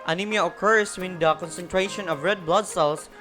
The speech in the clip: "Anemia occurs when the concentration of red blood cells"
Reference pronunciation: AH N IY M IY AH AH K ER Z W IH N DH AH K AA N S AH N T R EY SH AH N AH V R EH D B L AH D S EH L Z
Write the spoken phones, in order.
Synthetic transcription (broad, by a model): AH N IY M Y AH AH K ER S W IH N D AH K AA N S AH N T R EY SH AH N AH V R EH D B L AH D S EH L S